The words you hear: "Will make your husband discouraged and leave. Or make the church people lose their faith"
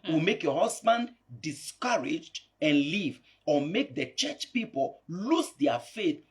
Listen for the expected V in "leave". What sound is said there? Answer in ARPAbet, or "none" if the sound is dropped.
V